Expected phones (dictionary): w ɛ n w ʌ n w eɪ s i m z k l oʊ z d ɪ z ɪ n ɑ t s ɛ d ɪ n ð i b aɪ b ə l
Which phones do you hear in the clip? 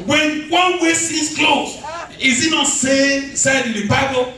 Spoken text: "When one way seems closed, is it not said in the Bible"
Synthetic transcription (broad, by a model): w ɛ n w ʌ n w eɪ s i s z k l oʊ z ɪ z ɪ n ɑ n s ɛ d ɪ n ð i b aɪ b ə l